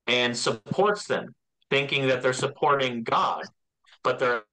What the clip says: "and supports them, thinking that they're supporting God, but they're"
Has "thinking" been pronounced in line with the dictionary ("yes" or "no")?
yes